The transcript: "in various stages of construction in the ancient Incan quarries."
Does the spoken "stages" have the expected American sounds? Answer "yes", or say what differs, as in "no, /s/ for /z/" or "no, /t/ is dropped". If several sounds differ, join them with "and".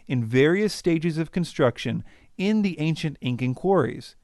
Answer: yes